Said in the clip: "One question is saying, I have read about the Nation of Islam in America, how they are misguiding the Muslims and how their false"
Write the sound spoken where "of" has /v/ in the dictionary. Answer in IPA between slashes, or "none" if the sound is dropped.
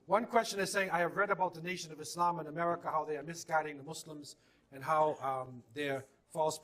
/v/